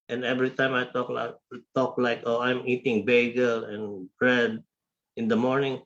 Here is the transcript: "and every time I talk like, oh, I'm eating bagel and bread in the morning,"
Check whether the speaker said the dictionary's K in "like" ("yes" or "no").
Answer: yes